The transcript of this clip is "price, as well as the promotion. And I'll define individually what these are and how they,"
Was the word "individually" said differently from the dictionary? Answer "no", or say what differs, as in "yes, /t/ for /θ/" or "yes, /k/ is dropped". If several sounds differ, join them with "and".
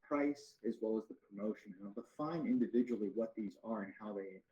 no